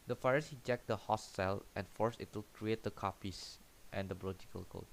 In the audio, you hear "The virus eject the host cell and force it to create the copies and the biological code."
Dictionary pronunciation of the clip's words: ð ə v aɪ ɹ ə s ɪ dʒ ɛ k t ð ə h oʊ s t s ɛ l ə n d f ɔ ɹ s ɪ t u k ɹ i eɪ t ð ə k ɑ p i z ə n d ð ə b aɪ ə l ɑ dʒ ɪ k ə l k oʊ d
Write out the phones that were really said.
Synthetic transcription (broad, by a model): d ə f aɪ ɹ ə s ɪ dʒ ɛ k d ə h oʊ s t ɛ l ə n f ɔ ɹ s ɪ t u k ɹ i eɪ t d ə k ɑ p i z ə n d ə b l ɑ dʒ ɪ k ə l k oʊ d